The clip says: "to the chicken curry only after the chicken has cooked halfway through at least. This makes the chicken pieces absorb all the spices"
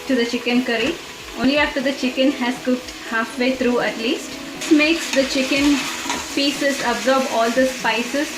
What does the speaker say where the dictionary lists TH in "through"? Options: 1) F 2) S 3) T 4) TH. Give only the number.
3